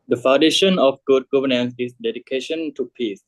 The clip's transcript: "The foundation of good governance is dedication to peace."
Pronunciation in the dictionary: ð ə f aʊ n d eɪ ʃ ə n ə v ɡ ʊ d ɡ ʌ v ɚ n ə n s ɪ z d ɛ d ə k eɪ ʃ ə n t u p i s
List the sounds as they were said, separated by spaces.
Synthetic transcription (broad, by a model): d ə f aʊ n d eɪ ʃ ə n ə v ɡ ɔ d ɡ ʌ v ɚ n ə n s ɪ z d ɛ d ə k eɪ ʃ ə n t u p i s